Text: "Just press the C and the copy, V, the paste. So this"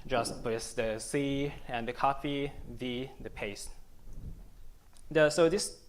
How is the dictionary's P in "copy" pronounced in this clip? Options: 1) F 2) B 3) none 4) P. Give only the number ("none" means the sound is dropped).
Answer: 1